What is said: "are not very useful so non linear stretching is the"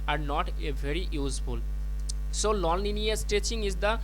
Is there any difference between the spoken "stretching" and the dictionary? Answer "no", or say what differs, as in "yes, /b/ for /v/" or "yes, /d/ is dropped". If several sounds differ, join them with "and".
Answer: yes, /ɹ/ is dropped